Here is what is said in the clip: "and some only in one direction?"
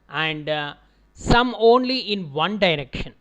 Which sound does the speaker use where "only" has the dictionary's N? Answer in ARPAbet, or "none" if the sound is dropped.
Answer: N